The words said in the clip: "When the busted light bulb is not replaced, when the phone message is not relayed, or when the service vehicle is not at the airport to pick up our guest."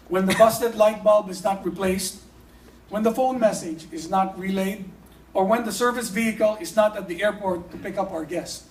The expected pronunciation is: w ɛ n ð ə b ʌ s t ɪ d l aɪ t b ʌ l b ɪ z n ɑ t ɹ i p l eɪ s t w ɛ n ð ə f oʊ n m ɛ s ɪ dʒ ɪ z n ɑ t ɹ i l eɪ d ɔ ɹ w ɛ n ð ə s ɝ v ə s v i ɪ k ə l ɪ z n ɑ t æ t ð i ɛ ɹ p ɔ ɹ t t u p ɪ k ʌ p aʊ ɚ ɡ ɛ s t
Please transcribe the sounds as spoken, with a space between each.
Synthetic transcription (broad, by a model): w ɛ n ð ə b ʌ s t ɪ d l aɪ t b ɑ l b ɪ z n ɑ t ɹ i p l eɪ s t w ɛ n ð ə f oʊ n m ɛ s ɪ dʒ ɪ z n ɑ t ɹ i l eɪ d ɔ ɹ w ɛ n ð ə s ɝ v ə s v i ɪ k ə l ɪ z n ɑ t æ t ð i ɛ ɹ p ɔ ɹ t t u p ɪ k ʌ p aʊ ɚ ɡ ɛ s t